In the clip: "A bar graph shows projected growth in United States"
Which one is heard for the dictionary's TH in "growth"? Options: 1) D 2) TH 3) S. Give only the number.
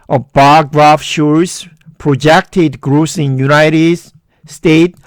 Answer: 3